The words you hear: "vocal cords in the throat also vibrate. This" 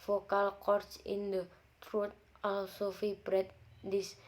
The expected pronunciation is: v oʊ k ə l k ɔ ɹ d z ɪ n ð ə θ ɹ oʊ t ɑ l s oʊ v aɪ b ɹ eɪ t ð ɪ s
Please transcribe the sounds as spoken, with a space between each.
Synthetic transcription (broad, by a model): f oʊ k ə l k ɔ ɹ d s ɪ n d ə t ɹ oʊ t ɑ l s oʊ f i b ɹ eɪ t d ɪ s